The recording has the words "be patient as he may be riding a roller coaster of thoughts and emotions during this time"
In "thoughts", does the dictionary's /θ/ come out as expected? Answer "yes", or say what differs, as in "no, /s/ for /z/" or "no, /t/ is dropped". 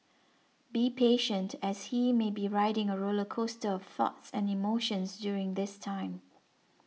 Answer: yes